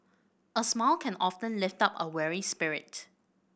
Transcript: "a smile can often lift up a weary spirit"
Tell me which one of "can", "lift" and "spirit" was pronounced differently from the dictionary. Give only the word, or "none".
none